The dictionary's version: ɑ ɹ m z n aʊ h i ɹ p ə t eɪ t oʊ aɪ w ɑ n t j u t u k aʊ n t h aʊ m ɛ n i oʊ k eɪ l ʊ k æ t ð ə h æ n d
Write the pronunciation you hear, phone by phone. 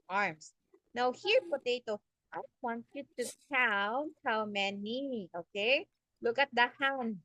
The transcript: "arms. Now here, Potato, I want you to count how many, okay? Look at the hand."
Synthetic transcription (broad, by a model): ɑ ɹ m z n aʊ h i ɹ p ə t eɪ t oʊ aɪ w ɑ n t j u t u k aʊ l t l m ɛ n i oʊ k eɪ l ʊ k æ t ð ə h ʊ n